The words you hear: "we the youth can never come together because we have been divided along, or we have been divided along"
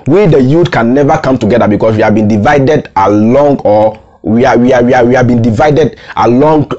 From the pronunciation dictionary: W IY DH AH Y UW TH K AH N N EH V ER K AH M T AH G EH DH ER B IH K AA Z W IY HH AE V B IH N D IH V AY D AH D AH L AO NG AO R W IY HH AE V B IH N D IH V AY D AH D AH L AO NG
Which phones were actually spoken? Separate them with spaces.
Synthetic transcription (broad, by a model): W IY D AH Y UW T K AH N N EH V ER K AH M T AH G EH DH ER B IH K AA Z W IY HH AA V B IH N D IH V AY D AH D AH L AO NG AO W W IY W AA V B IH N D IH V AY D AH D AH L AO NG